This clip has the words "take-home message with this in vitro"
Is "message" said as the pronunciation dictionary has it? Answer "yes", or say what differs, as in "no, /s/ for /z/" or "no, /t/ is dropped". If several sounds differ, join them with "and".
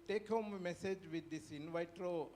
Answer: yes